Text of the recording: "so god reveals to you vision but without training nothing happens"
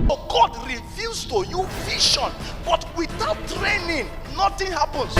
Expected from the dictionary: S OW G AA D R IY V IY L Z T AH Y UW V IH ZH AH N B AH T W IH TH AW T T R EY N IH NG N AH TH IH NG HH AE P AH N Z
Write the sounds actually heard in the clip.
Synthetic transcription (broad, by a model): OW G AA D R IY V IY Z T AH Y UW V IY SH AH N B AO T W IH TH AW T T R EY N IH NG N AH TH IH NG HH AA P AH N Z